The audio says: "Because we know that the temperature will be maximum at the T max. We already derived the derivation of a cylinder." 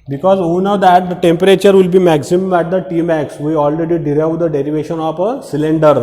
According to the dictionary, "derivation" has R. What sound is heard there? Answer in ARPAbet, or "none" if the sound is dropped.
R